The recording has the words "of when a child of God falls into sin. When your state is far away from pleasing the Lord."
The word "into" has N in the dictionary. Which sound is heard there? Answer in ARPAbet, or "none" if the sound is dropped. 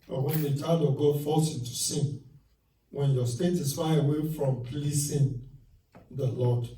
none